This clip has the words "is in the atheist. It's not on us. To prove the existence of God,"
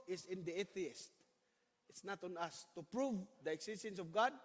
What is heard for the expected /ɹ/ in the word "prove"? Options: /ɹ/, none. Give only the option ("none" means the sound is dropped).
/ɹ/